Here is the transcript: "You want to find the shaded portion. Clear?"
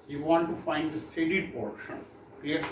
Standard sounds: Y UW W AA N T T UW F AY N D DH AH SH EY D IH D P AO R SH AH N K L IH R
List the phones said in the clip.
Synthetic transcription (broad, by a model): Y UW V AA N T T UW F AY N D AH S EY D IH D P AO R SH AH N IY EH